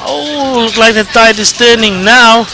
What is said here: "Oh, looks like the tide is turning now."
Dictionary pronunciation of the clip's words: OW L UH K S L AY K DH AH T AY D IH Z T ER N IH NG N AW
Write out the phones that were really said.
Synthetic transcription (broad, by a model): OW L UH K L AY K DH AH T AY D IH S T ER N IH NG N AW